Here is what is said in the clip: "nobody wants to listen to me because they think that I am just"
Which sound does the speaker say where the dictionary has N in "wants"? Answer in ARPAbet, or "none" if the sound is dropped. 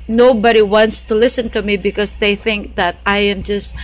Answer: N